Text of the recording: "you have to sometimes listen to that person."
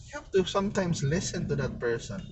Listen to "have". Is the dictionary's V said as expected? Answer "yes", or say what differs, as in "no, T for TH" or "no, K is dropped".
no, F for V